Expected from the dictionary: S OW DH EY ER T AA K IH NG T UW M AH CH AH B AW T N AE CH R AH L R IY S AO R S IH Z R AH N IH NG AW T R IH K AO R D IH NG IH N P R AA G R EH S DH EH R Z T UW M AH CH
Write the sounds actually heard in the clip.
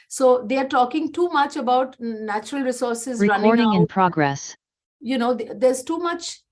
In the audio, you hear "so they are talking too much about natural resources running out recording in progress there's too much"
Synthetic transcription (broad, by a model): S OW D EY ER T AA K IH NG T UW M AH CH AH B AW T N AE CH R AH L R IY S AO R S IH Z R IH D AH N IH AO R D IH NG IH N P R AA G R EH S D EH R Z T UW M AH CH